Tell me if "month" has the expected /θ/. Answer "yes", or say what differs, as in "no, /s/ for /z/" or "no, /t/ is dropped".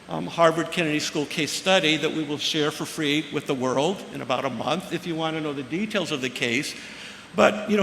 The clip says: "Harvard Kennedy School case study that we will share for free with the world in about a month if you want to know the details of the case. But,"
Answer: yes